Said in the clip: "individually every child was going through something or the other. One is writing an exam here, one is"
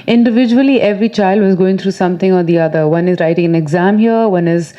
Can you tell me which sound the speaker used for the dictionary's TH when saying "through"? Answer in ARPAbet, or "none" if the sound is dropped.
T